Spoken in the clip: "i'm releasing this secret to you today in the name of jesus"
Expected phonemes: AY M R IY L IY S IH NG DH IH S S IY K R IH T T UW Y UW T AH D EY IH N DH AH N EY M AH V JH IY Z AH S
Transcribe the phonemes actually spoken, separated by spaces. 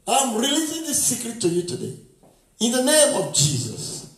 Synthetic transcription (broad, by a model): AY M R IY L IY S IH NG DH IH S S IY K R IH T T UW Y UW T AH D EY IH N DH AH N EY M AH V JH IY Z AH S